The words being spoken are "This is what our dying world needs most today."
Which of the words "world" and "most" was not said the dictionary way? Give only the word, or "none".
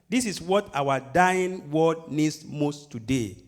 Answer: world